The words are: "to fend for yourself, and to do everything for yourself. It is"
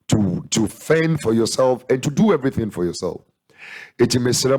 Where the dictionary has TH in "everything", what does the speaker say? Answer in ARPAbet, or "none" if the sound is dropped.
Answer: TH